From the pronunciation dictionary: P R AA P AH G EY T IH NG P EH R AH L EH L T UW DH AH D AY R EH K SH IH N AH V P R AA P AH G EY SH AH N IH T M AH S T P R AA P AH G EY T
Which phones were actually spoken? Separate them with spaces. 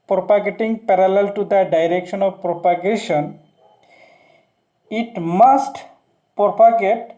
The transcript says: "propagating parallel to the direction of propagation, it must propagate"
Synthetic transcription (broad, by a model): P R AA P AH G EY T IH NG P EH R AH L EH L T UW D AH D AY R EH K SH IH N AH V P R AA P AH G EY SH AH N IH T M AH S T P R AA P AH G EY T